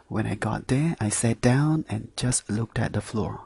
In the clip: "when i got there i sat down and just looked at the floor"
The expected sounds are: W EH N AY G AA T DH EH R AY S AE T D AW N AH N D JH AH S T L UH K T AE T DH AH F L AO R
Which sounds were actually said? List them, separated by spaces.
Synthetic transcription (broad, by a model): W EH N AY G AA T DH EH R AY S AE T D AW N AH N JH AH S T L UH K T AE T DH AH F L AO R